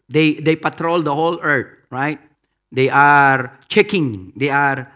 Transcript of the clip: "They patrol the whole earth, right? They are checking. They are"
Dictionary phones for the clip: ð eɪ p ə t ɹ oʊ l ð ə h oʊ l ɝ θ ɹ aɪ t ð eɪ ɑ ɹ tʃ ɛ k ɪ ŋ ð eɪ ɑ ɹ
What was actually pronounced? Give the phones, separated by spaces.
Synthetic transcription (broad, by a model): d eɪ p ə t ɹ oʊ l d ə h oʊ l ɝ t ɹ aɪ t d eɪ ɑ ɹ tʃ ɛ k ɪ ŋ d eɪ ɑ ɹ